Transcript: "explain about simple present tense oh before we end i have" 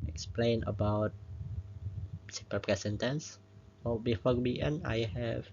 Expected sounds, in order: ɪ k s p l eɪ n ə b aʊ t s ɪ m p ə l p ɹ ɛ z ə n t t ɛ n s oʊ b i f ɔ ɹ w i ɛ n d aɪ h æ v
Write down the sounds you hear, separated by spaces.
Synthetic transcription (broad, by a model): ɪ k s p l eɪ n ə b aʊ t s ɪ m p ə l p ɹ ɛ s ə n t t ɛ n s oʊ b i f ɔ ɹ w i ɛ n aɪ h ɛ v